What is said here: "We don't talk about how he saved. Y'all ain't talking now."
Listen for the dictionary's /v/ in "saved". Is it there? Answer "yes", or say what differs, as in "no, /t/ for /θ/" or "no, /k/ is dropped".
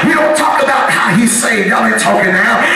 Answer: no, /v/ is dropped